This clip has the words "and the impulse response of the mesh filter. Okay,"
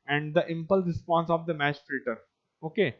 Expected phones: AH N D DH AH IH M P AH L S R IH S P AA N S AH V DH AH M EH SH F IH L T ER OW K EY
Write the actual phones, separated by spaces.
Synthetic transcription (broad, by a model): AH N D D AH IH M P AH L R IH S P AA N S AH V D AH M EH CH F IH T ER OW K EY